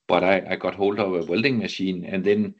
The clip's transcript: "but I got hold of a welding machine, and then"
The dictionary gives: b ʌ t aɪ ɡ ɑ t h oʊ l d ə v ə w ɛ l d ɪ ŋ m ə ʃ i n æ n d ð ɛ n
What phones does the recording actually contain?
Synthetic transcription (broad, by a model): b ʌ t aɪ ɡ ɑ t h oʊ l d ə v ə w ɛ l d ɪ ŋ m ə ʃ i n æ n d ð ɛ n